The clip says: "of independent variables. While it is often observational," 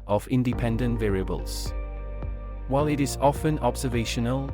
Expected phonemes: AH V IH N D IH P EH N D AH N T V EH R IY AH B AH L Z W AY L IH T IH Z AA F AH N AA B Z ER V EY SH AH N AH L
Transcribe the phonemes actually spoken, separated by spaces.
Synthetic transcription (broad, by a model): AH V IH N D IH P EH N D AH N T V EH R IY AH B AH L Z W AY L IH T IH Z AA F AH N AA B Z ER V EY SH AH N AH L